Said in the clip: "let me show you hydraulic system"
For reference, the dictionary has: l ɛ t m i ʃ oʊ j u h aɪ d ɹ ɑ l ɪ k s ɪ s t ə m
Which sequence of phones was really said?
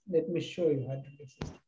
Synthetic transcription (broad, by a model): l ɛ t m i ʃ oʊ j u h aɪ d ɑ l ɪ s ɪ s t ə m